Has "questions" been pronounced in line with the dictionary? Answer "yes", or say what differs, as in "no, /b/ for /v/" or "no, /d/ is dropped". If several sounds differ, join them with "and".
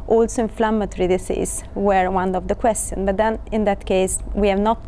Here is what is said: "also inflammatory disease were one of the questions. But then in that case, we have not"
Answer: no, /z/ is dropped